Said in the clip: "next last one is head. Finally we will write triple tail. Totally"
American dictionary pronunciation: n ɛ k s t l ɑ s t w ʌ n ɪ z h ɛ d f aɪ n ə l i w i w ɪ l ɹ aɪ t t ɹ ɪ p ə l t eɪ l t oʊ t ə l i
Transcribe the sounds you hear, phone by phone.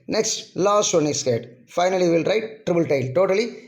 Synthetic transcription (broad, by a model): n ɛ k s t l ɑ s t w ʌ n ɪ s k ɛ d f aɪ n ə l i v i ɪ l ɹ aɪ t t ɹ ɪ b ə l t eɪ l t oʊ t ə l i